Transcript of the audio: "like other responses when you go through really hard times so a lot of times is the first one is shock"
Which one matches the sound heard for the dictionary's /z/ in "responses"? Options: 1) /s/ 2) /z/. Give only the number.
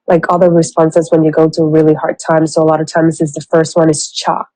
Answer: 2